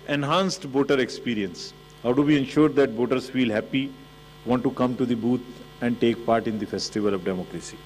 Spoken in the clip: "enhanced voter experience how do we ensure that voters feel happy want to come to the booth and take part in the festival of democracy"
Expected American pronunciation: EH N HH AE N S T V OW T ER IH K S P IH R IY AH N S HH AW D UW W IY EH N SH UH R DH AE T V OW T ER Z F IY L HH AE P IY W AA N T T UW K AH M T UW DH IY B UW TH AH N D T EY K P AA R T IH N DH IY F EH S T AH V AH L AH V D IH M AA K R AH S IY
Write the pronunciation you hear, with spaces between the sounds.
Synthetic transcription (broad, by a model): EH N HH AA N S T B OW T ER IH K S P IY R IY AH N S HH AW D UW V IY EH N SH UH R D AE T B OW T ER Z F IY L HH AE P IY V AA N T T UW K AH M T UW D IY B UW T AH N D T EY K P AA R T IH N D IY F EH S T AH V AH L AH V D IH M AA K R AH S IY